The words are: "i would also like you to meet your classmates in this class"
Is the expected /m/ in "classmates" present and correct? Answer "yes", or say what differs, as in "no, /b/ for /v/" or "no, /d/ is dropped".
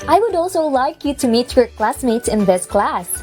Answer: yes